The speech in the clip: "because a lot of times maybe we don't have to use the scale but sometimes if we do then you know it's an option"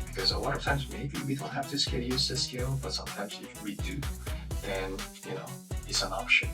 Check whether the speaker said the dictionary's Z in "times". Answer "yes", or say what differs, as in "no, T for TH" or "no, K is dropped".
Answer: yes